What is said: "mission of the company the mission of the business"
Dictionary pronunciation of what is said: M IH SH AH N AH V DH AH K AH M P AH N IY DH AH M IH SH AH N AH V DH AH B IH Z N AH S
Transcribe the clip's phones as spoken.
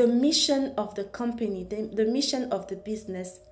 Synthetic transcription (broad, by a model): M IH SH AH N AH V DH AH K AH M P AH N IY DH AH M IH SH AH N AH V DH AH B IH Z N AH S